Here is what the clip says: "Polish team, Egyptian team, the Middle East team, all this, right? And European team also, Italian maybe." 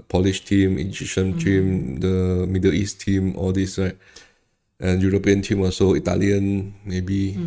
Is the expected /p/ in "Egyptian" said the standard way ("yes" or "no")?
no